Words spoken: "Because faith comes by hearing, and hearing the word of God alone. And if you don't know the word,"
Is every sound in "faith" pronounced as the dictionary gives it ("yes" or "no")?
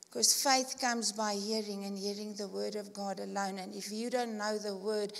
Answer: yes